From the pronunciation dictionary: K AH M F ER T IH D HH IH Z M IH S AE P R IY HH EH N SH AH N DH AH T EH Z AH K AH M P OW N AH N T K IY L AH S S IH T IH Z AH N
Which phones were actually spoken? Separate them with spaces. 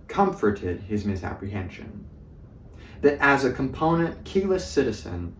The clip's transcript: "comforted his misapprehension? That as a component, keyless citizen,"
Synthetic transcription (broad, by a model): K AH M F ER T IH D IH Z M IH S AE P R IY HH EH N SH AH N DH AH T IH Z AH K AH M P OW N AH N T K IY L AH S S IH T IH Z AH N